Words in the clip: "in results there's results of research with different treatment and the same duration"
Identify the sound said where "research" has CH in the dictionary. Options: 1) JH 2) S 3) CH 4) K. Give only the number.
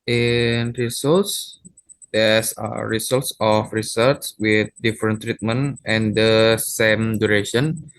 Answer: 2